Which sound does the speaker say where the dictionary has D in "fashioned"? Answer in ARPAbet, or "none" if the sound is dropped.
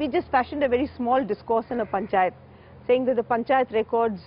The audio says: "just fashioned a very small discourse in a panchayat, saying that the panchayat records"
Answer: D